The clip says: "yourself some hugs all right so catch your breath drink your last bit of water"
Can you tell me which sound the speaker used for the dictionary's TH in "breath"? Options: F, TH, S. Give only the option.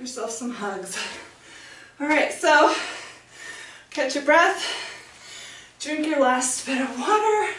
TH